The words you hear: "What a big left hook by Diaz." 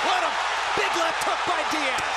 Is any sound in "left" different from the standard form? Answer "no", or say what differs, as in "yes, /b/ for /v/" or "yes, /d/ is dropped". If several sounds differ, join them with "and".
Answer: yes, /f/ is dropped